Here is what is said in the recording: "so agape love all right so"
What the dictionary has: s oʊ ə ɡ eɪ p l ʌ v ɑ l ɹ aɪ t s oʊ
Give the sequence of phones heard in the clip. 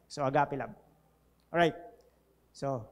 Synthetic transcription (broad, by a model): s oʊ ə ɡ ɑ p l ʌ b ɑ ɹ aɪ t s oʊ